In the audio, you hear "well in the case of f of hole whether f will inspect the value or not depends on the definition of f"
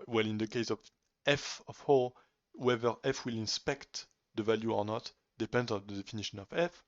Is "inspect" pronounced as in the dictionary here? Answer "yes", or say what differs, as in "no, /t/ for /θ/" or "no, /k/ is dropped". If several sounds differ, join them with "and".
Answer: yes